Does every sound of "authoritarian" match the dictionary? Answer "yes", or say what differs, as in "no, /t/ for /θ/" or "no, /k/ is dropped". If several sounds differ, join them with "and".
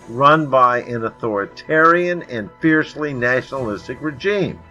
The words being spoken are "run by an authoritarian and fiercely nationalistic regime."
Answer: yes